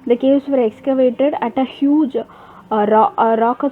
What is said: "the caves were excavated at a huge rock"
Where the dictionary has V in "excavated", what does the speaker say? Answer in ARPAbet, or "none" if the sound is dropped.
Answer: V